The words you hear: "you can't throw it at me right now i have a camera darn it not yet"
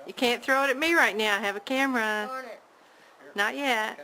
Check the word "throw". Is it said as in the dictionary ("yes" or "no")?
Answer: yes